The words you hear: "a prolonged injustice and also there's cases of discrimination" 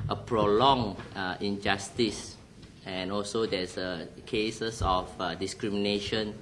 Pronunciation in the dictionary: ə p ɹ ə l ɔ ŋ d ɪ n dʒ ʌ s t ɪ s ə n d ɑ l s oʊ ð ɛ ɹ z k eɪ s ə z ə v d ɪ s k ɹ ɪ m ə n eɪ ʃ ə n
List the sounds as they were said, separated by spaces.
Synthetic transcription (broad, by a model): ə p ɹ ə l ɔ ŋ ɪ n dʒ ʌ s t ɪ s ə n ɑ l s oʊ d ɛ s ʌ k eɪ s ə s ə f d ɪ s k ɹ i m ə n eɪ ʃ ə n